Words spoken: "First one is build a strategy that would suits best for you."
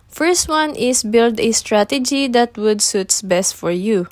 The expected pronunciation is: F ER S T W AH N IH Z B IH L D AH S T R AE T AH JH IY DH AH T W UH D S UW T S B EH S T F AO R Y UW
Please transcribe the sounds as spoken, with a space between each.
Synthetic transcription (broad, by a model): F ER S T W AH N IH S B IH L D AH S T R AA T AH JH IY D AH T W UH D S UW T S B EH S T F AO R Y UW